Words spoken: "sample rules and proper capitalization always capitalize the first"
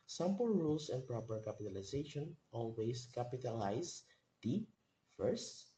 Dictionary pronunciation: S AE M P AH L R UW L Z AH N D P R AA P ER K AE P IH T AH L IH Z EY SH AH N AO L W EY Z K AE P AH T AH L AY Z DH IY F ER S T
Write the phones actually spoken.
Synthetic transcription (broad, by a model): S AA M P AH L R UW L S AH N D P R AA P ER K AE P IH T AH L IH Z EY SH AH N AO L W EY S K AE P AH T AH L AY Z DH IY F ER S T